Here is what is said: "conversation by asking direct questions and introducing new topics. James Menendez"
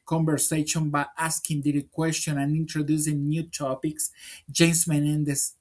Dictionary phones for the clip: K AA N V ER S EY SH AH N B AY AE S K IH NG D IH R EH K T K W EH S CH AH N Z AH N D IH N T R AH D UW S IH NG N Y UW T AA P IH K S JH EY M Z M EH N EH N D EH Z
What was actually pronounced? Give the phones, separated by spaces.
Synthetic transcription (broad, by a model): K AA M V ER S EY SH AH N B AY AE S K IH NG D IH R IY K K W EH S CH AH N AH N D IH N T R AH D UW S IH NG N Y UW T AA P IH K S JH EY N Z M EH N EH N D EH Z